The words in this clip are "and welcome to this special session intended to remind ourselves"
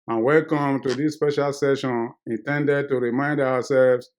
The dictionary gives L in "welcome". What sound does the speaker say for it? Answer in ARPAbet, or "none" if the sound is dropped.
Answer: L